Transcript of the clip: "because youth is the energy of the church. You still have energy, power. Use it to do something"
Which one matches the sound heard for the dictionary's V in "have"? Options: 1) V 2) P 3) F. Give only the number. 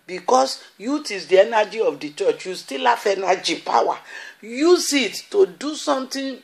3